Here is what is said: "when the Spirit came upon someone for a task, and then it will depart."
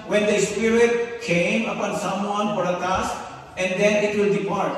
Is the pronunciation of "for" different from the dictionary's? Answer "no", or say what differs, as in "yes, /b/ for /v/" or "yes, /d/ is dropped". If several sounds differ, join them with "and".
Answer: yes, /p/ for /f/